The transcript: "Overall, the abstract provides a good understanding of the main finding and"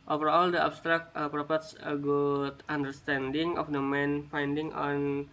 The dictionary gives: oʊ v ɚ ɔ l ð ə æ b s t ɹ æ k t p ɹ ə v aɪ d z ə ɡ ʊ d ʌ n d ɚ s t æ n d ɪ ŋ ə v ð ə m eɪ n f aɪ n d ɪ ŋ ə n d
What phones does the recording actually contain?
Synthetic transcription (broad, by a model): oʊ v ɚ ɔ l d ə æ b s t ɹ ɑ k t p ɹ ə p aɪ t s ə ɡ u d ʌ n d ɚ s t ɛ n d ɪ ŋ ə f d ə m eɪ n f aɪ n d ɪ ŋ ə n